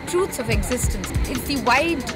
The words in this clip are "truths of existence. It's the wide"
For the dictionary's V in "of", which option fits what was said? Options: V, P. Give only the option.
V